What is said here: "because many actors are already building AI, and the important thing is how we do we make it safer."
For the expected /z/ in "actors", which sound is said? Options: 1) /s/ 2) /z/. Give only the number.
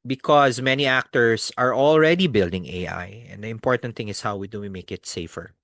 1